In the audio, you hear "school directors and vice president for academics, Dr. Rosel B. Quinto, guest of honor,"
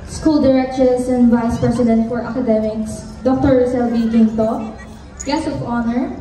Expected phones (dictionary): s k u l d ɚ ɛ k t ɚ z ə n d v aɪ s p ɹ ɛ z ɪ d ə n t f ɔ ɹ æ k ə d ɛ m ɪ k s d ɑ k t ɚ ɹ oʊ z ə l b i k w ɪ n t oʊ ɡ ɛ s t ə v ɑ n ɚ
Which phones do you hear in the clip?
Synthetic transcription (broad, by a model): s k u l d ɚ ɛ k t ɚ s ə n d v aɪ s p ɹ ɛ s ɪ d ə n t f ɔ ɹ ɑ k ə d ɛ m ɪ k s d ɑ k t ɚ ɹ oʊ s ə l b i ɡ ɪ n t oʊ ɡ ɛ s ə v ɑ n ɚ